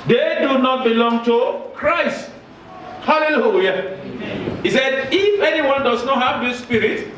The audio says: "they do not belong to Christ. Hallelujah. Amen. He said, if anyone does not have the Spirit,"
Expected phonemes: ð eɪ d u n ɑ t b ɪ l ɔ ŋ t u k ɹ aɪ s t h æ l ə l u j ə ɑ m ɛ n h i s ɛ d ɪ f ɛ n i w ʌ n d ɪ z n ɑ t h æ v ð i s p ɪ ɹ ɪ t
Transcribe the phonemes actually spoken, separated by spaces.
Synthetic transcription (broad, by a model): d eɪ d u n ɑ t b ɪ l ɔ ŋ t u k ɹ aɪ s t h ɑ l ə l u j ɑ h i s ɛ d ɪ f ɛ n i w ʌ n d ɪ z n ɑ t h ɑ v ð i s p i ɹ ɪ t